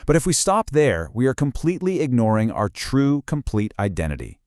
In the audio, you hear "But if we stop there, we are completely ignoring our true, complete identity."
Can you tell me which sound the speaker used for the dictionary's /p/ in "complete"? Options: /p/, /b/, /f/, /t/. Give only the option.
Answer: /p/